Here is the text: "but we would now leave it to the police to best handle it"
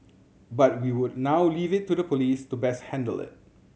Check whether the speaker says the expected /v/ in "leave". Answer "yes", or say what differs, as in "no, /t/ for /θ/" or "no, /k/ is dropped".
yes